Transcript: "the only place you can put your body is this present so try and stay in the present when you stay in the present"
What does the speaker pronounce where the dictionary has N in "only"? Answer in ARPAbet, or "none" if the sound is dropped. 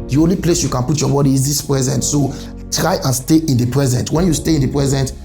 N